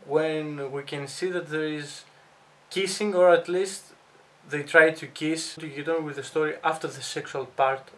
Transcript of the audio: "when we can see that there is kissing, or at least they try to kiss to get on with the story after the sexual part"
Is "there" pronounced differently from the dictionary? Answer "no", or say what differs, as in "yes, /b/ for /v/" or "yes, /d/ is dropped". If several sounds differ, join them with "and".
no